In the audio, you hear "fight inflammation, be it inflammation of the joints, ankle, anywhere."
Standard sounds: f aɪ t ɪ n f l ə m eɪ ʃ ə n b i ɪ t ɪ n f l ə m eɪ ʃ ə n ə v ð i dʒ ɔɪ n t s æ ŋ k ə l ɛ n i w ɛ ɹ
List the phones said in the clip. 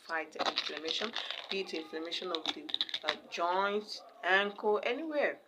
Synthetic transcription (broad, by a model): f aɪ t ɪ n f l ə m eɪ ʃ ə n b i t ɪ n f l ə m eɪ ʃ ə n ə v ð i dʒ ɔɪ n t æ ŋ k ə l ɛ n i w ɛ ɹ